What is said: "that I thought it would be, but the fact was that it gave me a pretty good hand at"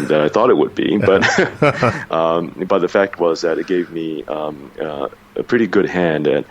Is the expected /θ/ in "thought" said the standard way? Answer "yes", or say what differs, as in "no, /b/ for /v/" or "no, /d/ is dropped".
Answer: yes